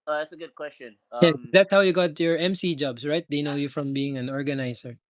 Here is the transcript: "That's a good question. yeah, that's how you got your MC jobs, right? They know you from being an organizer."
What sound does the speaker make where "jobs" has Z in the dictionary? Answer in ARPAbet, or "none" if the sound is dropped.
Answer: S